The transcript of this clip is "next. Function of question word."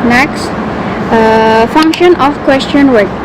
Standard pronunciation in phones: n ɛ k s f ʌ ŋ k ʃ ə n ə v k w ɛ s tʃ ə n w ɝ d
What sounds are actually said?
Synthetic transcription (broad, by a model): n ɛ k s f ʌ ŋ k ʃ ə n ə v k w ɛ s tʃ ə n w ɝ